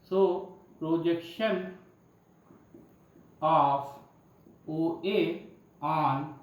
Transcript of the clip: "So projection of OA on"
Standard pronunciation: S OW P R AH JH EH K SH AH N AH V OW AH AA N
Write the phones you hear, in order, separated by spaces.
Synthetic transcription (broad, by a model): S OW P R AH JH EH K SH AH N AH F OW AH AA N